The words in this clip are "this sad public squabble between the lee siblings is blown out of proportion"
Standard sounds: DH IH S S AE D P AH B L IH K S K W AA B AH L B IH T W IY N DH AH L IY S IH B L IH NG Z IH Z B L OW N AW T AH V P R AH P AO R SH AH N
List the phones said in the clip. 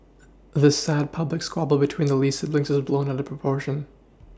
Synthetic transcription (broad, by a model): DH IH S S AE D P AH B L IH K S K W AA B L B IH T W IY N DH AH L IY S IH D L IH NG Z IH Z B L OW N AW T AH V P R AH P AO R SH AH N